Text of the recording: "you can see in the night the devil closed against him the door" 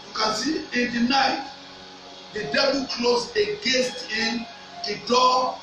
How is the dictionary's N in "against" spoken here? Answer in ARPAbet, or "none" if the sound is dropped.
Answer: none